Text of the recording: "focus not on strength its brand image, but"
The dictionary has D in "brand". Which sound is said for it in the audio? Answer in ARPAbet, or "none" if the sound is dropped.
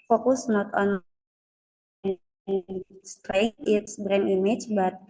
none